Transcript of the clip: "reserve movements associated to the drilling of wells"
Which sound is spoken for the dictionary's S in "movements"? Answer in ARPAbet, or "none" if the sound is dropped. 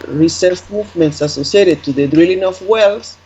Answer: S